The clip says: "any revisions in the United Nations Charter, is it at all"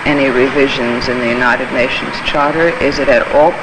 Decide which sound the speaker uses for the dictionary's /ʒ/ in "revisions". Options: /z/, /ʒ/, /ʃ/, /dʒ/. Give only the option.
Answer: /ʒ/